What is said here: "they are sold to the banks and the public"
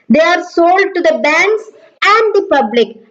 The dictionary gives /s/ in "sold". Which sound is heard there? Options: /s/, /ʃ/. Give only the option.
/s/